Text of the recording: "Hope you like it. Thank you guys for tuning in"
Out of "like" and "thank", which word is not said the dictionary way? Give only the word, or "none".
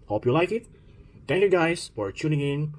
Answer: thank